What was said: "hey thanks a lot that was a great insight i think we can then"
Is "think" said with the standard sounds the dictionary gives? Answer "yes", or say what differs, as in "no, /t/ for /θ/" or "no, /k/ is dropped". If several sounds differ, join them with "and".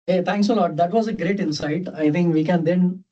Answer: no, /t/ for /θ/